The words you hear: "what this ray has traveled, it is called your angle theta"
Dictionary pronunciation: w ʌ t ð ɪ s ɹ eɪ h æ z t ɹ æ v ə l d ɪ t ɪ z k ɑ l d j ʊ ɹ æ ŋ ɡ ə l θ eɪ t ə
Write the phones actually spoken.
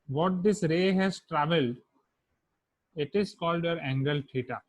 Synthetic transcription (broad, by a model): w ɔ t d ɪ s ɹ eɪ h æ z t ɹ æ v ə l d ɪ t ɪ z k ɑ l d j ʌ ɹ æ ŋ ɡ ə l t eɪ t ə